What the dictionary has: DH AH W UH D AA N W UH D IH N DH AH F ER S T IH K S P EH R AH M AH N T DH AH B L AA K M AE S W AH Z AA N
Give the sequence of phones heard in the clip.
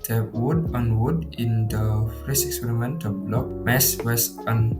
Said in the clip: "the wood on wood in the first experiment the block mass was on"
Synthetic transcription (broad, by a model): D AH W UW D AA N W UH D IH N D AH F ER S IH K S P EH R AH M AH N T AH B L AA K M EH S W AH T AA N